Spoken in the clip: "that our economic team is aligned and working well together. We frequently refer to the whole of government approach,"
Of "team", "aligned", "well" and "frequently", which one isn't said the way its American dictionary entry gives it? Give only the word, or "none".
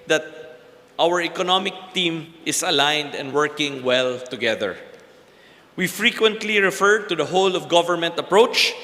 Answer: none